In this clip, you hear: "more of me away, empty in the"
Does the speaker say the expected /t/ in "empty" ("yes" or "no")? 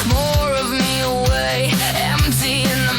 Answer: no